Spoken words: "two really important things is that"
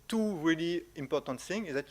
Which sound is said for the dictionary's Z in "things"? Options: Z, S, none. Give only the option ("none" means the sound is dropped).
none